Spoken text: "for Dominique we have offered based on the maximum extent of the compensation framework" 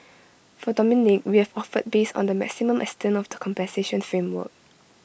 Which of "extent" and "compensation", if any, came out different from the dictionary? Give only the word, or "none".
extent